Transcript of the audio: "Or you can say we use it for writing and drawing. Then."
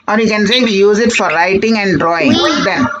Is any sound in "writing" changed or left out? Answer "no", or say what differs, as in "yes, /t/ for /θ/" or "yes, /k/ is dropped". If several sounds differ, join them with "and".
yes, /l/ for /ɹ/